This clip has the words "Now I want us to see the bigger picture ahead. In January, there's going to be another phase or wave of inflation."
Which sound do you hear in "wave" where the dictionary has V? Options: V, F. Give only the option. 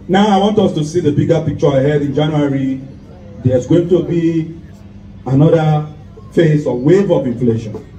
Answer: V